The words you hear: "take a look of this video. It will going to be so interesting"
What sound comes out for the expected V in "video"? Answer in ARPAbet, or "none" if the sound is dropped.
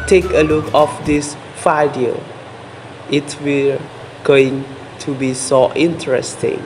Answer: F